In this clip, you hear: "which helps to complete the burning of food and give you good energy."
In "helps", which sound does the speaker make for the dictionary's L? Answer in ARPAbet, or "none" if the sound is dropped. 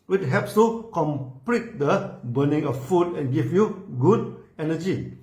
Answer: none